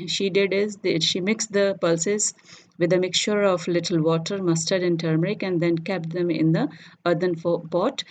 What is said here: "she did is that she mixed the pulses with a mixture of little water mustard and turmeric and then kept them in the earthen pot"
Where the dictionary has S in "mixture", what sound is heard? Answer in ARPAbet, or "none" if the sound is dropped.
S